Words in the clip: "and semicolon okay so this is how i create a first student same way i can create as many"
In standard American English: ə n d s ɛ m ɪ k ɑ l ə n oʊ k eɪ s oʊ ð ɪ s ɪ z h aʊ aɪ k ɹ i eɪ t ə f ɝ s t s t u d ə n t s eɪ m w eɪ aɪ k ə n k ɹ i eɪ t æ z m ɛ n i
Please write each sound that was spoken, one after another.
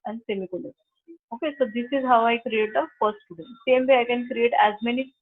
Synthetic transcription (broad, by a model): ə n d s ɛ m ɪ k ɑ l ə oʊ k eɪ s oʊ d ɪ s ɪ z h aʊ aɪ k ɹ i eɪ t ə f ɝ s t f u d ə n s eɪ m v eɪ aɪ k ə n k ɹ i eɪ t æ z m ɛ n i